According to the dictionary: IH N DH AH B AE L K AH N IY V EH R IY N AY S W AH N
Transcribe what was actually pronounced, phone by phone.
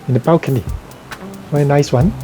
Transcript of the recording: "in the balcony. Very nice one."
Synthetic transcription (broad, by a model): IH N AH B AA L K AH N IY W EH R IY N AY S W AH N